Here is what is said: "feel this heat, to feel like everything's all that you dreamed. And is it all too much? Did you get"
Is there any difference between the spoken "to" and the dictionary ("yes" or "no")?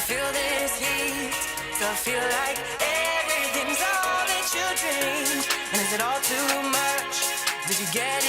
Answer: yes